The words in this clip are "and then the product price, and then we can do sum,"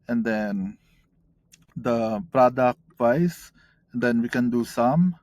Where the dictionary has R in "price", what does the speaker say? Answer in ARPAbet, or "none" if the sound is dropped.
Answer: none